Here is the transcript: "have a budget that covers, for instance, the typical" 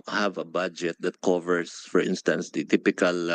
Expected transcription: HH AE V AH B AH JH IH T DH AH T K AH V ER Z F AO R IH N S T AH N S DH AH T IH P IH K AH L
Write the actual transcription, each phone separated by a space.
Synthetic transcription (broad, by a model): HH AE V AH B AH JH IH T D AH T K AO V ER S F AO R IH N S T AH N S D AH T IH P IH K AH L